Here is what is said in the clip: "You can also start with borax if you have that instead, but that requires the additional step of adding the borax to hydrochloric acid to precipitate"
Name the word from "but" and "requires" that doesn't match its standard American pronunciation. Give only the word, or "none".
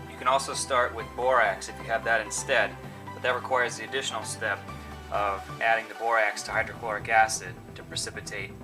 none